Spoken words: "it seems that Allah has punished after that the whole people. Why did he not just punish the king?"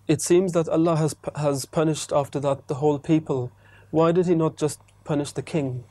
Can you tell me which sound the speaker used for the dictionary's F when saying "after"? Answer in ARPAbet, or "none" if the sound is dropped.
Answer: F